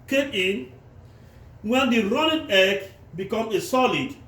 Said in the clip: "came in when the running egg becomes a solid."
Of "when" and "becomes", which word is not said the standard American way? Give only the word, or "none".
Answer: becomes